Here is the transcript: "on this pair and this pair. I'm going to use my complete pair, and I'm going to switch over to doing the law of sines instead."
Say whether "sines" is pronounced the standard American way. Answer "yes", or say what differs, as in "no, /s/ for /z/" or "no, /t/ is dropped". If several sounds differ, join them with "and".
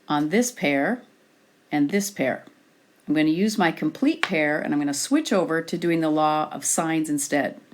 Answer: yes